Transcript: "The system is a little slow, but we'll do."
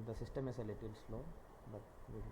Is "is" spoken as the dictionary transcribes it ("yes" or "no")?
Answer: no